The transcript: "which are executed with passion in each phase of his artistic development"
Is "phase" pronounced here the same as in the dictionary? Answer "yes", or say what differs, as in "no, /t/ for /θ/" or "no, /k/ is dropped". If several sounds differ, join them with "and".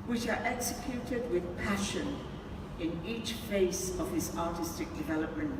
no, /s/ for /z/